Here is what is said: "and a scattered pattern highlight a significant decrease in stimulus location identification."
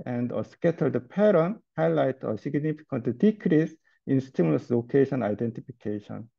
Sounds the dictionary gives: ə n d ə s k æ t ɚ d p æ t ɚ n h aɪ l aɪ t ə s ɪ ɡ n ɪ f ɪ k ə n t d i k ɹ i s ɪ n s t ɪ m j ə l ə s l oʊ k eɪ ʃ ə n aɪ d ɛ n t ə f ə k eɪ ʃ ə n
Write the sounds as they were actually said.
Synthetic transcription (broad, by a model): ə n d ə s k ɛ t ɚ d p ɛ t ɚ n h aɪ l aɪ t ə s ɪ ɡ n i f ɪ k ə n t d i k ɹ i s ɪ n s t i m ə l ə s l oʊ k eɪ ʃ ə n aɪ d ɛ n t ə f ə k eɪ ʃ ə n